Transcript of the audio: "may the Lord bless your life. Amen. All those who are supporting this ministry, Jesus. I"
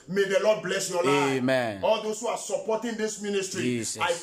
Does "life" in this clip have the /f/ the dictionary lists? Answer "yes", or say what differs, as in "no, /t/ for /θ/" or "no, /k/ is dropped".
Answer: no, /f/ is dropped